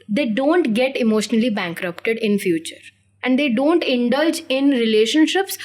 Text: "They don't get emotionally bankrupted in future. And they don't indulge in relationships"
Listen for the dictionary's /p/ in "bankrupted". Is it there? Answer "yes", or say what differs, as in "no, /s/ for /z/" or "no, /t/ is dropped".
yes